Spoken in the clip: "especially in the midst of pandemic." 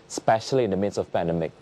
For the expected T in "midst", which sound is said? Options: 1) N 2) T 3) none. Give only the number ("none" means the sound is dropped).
3